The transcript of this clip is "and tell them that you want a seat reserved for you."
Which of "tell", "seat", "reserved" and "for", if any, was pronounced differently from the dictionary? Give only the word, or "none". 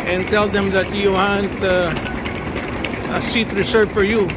reserved